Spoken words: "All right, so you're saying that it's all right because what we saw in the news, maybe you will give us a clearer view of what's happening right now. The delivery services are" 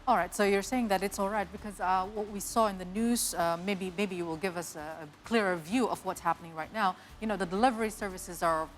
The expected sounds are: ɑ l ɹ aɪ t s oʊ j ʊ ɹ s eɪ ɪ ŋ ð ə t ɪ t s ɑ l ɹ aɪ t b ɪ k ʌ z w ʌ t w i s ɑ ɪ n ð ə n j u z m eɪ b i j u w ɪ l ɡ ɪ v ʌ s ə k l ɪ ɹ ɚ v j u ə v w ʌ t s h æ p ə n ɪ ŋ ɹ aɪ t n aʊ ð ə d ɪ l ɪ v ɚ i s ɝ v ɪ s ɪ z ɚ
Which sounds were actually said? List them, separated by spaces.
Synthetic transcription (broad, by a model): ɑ l ɹ aɪ t s oʊ j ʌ ɹ s eɪ ɪ ŋ ð ə t ɪ t s ɑ l ɹ aɪ t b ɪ k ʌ z w ʌ t w i s ɑ ɪ n ð ə n j u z m eɪ b i j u w ɪ l ɡ ɪ v ʌ s ə k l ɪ ɹ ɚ v j u ə v w ʌ t s h æ p ə n ɪ ŋ ɹ aɪ t n aʊ ð ə d ɪ l ɪ v ɚ i s ɝ v ɪ s ɪ z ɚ